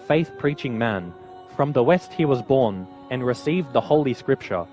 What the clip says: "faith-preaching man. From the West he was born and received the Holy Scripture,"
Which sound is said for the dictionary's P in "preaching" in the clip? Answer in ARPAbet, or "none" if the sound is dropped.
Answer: P